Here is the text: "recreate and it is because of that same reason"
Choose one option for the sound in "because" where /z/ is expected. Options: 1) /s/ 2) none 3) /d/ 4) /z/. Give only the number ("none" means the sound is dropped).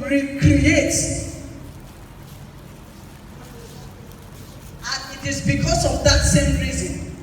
1